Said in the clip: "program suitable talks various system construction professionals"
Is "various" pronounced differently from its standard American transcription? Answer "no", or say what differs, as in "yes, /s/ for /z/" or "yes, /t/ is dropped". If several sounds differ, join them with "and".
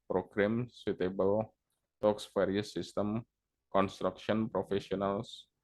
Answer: yes, /f/ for /v/